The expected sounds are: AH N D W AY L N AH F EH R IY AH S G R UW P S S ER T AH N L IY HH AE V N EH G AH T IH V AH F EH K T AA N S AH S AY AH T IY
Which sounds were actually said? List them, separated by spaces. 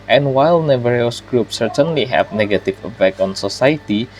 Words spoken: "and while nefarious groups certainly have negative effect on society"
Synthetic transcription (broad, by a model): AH N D W AY L N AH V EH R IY S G R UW P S S ER T AH N L IY HH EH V N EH G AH T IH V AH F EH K AA N S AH S AY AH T IY